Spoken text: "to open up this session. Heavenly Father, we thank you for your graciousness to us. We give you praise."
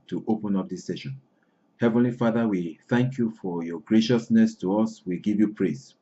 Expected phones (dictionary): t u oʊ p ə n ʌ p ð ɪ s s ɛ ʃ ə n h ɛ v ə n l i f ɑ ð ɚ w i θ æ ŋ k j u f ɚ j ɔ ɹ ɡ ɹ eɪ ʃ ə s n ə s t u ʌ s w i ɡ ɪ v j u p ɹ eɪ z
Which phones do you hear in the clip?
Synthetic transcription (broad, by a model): t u oʊ p ə n ʌ p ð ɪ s s ɛ ʃ ə n h ɛ v ə n l i f ɑ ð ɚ w i θ æ ŋ k j u f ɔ j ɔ ɡ ɹ eɪ ʃ ə s n ə s t u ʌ s w i ɡ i v j u p ɹ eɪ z